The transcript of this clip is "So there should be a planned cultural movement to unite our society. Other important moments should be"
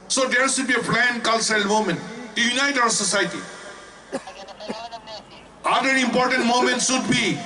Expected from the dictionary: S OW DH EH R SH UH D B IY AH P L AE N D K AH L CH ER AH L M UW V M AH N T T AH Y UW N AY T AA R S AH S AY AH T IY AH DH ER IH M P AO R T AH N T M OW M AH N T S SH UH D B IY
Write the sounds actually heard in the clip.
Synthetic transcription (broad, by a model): S OW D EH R S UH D B IY AH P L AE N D K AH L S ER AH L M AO M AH N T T Y UW N AY T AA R S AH S AY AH T IY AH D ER IH M P AO R T AH N T M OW M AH N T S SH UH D B IY